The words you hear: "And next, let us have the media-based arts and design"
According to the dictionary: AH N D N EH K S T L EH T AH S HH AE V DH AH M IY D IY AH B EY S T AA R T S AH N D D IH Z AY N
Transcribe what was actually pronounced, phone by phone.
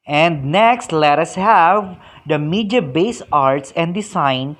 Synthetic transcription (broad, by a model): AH N D N EH K S T L EH T AH S HH AE V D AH M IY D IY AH B EY S AA R T S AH N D D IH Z AY N